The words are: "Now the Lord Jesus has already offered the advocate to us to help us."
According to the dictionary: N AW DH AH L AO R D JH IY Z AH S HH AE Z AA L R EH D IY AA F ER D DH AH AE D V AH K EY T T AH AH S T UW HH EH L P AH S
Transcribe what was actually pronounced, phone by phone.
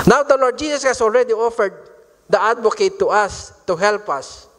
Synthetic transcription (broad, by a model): N AW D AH L AO R D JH IY S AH S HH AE S AA L R EH D IY AA F ER D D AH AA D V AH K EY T T AH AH S T UW HH EH L P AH S